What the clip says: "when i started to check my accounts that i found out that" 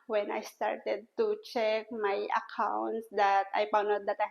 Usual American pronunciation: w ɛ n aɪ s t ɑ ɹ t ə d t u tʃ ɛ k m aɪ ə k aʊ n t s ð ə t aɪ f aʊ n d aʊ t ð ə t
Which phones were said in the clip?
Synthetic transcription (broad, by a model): w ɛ n aɪ s t ɑ ɹ t ə d t u tʃ ɛ k m aɪ ə k aʊ n t s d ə t aɪ p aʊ n aʊ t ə t